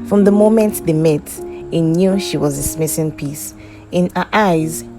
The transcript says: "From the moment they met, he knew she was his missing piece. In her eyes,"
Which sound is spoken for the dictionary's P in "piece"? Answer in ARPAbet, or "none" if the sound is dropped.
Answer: P